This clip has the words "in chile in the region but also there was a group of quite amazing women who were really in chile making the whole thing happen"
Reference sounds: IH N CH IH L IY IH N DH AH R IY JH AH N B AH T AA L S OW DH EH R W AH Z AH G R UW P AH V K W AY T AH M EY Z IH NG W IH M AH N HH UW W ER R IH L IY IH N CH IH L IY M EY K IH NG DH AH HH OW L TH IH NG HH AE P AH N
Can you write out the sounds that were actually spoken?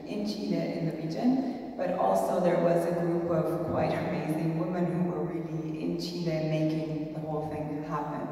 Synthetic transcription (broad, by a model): IH N CH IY N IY IH N DH AH R IY JH AH N B AH T AA L S OW DH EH R W AH Z AH G R UW P AH V K W AY T AH M EY Z IH NG W IH M AH N HH UW W ER R IH L IY IH N CH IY N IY M EY K IH NG DH AH HH OW L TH IH NG HH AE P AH N